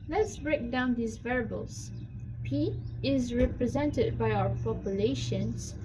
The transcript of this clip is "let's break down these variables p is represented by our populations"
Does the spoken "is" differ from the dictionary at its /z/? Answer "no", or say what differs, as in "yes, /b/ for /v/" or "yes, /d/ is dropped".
no